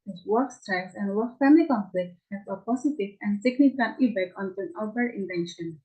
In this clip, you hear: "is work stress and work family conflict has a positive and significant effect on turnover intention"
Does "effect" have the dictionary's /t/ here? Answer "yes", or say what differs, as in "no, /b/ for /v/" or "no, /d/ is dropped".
no, /t/ is dropped